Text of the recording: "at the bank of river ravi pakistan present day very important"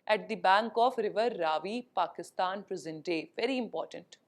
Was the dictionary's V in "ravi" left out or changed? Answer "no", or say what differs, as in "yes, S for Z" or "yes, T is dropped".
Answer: no